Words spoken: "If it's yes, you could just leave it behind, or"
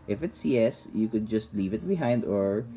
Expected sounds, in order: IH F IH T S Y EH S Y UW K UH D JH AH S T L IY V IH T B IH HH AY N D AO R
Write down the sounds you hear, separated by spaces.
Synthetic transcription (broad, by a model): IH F IH T S Y EH S Y UW K UH D JH AH S T L IY V IH T B IH HH AY N D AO R